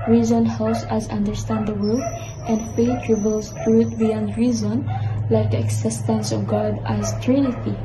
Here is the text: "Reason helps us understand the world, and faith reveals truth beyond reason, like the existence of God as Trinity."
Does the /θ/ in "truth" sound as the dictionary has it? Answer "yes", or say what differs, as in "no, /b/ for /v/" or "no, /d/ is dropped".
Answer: no, /t/ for /θ/